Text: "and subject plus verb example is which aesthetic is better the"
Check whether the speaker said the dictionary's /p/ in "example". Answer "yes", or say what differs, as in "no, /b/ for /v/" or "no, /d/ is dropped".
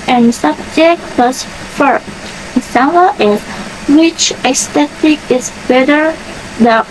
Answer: no, /p/ is dropped